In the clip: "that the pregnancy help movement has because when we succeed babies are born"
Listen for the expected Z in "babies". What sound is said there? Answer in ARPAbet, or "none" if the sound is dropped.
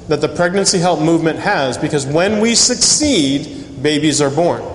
Z